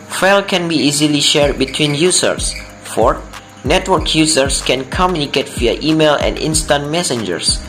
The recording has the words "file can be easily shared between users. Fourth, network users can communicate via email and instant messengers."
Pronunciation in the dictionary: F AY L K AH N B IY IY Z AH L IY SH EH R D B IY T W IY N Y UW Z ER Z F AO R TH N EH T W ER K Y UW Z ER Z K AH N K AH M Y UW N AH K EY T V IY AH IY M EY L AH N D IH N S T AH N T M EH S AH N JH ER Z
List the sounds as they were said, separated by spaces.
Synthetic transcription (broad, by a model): F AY L K AH N B IY IY Z AH L IY SH EH R D B IY T W IY N Y UW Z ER S F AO R N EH T W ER K Y UW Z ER S K AH N K AH M Y UW N AH K EY T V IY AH IY M EY L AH N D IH N S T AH N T M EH S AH N JH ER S